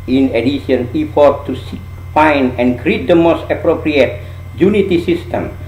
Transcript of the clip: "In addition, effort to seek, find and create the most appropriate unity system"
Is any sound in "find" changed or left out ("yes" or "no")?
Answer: yes